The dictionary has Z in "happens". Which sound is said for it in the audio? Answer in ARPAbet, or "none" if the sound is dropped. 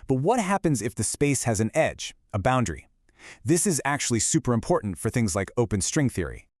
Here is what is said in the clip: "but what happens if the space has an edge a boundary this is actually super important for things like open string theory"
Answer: Z